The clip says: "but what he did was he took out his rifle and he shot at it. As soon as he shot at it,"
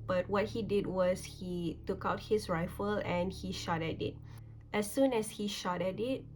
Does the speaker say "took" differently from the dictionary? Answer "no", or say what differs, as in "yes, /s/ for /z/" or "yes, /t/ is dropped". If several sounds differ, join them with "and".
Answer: no